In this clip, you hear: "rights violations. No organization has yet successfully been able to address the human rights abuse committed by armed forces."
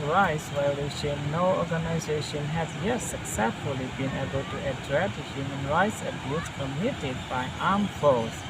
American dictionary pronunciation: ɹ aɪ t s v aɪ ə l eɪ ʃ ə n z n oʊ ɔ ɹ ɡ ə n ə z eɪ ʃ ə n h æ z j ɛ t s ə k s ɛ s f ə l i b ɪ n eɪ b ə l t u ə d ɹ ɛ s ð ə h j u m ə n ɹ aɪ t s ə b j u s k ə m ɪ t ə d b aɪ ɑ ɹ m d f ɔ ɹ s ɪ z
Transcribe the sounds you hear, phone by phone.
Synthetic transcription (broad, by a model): ɹ aɪ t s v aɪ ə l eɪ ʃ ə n n oʊ ɔ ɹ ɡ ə n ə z eɪ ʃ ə n h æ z j ɛ t s ə k s ɛ s f ə l i b ɪ n eɪ b ə l t u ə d ɹ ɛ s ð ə h j u m ə n ɹ aɪ t s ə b j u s k ə m ɪ t ə d b aɪ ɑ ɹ m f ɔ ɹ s